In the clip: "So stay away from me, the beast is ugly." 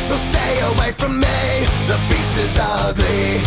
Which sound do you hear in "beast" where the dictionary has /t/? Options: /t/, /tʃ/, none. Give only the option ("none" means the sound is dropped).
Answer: none